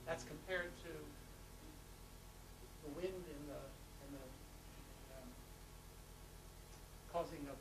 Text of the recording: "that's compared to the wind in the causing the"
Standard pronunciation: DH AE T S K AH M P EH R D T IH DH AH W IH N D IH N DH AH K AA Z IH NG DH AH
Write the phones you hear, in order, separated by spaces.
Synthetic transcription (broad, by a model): DH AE T S K AH M P EH R D T IH DH AH W IH N D IH N DH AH K AA Z IH NG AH